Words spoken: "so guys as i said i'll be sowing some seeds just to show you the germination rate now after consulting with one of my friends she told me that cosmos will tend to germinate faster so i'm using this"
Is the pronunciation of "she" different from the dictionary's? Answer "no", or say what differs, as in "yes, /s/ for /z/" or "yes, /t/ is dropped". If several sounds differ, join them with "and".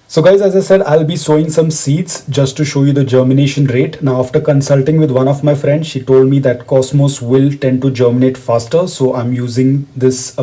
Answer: no